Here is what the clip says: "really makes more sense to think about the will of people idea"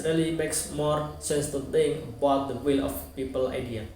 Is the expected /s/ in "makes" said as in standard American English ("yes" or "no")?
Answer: yes